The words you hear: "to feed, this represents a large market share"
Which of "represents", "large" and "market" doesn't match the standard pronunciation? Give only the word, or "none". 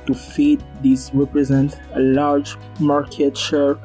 represents